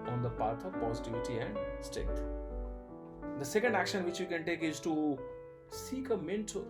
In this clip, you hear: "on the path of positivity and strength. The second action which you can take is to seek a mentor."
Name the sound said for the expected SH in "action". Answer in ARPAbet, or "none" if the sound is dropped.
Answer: SH